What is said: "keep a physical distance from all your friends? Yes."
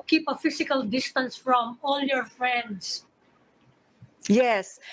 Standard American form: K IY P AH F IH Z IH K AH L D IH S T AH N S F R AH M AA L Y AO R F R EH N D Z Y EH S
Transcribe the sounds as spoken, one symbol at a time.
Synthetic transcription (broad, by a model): K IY P AH F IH S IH K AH L D IH S T AH N S F R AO M AA L Y AO R F R EH N D S Y EH S